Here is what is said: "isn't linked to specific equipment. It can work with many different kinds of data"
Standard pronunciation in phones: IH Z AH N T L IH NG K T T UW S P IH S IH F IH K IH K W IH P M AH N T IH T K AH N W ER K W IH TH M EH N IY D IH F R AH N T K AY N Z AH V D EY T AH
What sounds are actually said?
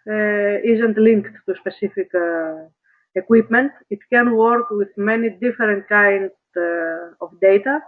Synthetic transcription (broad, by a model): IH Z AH N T L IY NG K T T UW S P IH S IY F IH K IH K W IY P M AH N T IH T K AH N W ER K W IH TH M EH N IY D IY F R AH N T K AY N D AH F D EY T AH